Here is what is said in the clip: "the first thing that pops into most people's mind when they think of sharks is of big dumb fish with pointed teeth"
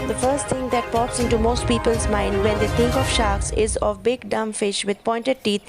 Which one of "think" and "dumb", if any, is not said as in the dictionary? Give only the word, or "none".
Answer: think